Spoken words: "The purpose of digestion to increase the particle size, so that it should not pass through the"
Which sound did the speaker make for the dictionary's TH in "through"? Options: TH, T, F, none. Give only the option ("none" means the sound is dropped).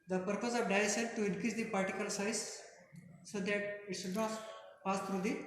T